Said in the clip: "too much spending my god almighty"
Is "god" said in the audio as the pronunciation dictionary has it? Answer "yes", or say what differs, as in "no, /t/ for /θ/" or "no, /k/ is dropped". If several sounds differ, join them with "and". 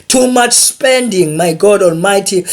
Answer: yes